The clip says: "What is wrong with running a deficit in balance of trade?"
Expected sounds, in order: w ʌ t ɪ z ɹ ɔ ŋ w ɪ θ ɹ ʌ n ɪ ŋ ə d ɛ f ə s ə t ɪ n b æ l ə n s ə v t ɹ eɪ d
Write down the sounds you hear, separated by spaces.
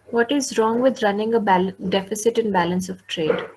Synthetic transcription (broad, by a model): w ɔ t ɪ z ɹ ɔ ŋ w ɪ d ɹ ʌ n ɪ ŋ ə d ɛ f ə s ə t ɪ n b æ l ə n s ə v t ɹ eɪ d